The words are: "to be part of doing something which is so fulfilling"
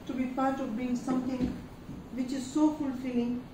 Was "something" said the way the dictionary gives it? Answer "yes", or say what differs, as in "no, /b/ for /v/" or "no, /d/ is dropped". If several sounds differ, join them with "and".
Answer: no, /t/ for /θ/